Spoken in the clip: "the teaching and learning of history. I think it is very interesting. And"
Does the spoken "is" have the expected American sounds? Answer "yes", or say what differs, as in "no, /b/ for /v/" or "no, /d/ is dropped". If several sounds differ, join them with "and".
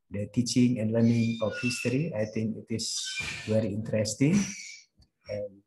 no, /s/ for /z/